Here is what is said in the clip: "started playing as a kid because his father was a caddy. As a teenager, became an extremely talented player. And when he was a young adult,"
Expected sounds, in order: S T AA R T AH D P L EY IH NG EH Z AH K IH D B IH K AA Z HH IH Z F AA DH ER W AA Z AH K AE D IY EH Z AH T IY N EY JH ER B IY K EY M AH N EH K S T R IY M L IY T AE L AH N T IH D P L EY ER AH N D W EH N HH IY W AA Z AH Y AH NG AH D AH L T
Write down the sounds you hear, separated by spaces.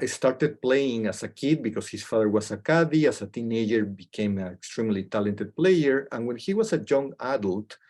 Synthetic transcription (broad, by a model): S T AA R T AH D P L EY IH NG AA S AH K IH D B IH K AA S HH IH S F AA DH ER W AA S AH K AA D IY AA S AH T IY N EY JH ER B IY K EY M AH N EH K S T R IY M L IY T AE L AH N T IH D P L EY ER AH N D W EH N HH IY W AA S AH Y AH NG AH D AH L T